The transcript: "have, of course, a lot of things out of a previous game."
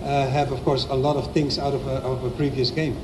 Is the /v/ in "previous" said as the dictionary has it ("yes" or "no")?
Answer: yes